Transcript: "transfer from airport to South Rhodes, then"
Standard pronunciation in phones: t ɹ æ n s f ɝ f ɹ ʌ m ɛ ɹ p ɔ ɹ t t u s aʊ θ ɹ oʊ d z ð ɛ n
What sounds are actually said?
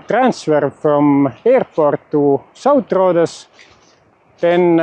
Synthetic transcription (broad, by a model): t ɹ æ n s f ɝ f ɹ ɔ m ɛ ɹ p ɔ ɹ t t u s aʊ t ɹ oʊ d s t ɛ n